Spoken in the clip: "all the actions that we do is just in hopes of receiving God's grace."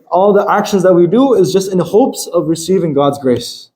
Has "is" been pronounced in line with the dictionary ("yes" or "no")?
yes